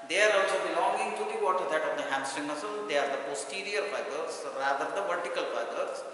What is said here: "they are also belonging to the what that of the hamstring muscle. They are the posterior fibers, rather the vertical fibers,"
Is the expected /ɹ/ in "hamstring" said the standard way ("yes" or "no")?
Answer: no